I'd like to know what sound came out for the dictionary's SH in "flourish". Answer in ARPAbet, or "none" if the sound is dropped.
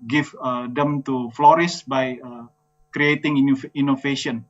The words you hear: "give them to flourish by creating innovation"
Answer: S